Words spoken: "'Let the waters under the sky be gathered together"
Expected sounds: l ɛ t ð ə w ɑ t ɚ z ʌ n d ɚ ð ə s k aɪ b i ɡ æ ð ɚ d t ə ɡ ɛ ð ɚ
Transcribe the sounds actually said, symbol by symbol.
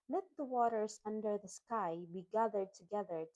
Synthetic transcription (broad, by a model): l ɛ t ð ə w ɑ t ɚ s ʌ n d ɚ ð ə s k aɪ b i ɡ æ ð ɚ d t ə ɡ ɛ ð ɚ